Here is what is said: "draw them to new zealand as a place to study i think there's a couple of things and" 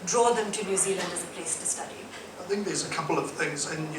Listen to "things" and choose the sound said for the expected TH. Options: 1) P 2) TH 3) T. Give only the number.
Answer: 2